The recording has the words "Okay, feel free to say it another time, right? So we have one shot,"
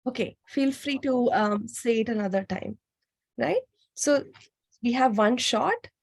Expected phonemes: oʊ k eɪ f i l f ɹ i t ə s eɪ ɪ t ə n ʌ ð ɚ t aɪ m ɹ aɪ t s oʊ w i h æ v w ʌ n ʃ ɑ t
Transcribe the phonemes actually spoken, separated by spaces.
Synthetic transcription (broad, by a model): oʊ k eɪ f i l f ɹ i t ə s eɪ ɪ t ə n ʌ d ɚ t aɪ m ɹ aɪ t s oʊ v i h æ v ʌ n ʃ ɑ t